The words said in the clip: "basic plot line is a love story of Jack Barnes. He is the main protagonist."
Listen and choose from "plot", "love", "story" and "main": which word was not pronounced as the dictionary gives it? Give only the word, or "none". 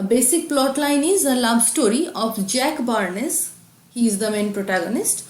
love